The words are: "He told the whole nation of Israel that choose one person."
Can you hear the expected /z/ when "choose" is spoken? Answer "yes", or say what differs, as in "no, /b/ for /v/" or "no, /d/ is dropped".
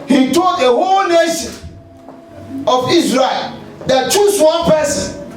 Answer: no, /s/ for /z/